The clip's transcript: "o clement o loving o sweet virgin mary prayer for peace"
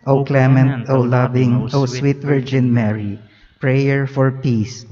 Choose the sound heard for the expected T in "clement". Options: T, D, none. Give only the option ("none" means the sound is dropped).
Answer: T